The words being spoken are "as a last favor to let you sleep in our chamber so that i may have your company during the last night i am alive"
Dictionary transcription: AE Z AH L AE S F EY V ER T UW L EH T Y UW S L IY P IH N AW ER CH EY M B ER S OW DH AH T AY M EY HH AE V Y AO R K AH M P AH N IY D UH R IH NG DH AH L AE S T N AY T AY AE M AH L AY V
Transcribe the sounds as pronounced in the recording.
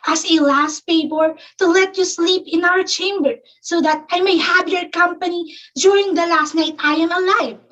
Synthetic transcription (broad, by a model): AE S AH L AE S P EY P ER T UW L EH T Y UW S L IY P IH N AW ER CH EY M B ER S OW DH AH T AY M EY HH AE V Y AO R K AH M P AH N IY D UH R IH NG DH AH L AE S T N AY T AY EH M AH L AY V